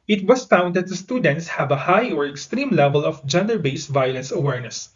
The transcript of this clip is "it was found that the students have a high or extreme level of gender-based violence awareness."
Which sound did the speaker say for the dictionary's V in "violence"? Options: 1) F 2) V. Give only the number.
2